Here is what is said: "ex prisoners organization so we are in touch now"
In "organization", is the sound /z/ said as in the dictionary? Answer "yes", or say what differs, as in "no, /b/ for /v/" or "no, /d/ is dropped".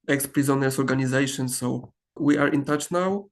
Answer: yes